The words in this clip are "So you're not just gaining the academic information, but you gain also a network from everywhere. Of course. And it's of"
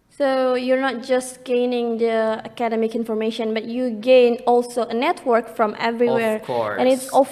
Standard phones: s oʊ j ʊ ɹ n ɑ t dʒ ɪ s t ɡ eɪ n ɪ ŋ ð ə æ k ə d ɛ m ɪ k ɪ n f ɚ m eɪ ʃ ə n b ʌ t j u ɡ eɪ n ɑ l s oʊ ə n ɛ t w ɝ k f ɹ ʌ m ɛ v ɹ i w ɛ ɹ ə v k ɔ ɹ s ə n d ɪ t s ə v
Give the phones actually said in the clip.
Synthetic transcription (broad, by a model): s oʊ j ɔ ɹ n ɑ t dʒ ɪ s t ɡ eɪ n ɪ ŋ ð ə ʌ k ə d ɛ m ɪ k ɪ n f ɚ m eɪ ʃ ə n b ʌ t j u ɡ eɪ n ɑ l s oʊ ə n ɛ t w ɝ k f ɹ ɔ m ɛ v ɹ i w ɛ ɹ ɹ ə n ɪ t s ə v